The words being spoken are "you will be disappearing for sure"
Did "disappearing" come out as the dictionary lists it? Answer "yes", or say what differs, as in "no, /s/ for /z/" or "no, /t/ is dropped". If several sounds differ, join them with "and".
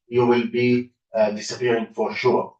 no, /f/ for /p/